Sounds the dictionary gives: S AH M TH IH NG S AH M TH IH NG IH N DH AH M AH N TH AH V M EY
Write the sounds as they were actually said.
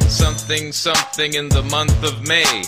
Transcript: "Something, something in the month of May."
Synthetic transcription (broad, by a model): S AH M TH IH NG S AH M TH IH NG IH N DH AH M AH N TH AH V M EY